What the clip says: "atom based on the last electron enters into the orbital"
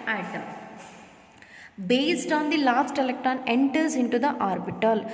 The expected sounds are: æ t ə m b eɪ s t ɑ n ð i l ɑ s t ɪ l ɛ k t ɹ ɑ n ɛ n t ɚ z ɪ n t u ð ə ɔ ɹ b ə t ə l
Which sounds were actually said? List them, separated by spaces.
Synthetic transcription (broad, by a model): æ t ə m b eɪ s t ɑ n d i l ɑ s t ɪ l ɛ k t ɑ n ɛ n t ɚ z ɪ n t u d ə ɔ ɹ b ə t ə l